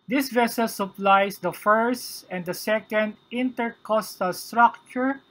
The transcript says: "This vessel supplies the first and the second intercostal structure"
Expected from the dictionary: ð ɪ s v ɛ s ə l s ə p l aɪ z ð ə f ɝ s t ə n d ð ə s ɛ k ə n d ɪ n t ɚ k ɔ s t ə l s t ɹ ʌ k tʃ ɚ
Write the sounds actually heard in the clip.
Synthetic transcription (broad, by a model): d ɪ s v ɛ s ə l s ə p l aɪ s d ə f ɝ s t ə n d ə s ɛ k ə n d ɪ n t ɚ k ɔ s t ə l s t ɹ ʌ k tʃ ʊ